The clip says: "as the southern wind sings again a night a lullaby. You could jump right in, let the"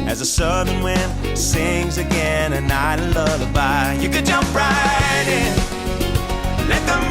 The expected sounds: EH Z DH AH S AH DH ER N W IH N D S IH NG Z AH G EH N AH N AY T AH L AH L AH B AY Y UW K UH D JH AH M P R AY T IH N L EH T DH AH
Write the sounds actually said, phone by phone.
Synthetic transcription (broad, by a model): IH Z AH S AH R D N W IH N S IH NG Z AH G EH N AH N AY T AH L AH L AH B AY Y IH K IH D JH AH M P R AY T IH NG L EH T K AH